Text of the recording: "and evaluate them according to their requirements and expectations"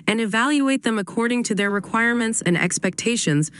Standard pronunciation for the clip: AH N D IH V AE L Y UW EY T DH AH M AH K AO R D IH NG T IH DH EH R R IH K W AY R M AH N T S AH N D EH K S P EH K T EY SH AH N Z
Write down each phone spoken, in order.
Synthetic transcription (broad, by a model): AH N IH V AE L Y UW EY T DH AH M AH K AO R D IH NG T IH DH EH R R IH K W AY R M AH N T S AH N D EH K S P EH K T EY SH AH N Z